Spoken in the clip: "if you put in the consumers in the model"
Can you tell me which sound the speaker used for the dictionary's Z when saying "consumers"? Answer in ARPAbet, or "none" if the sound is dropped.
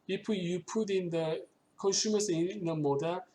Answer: S